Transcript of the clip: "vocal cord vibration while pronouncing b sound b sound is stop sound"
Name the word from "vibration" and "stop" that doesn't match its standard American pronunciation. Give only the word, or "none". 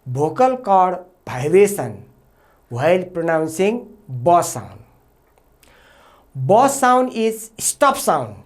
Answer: vibration